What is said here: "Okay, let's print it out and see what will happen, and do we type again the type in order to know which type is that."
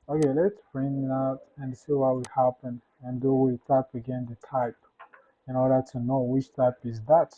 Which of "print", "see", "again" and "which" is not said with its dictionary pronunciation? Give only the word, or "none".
print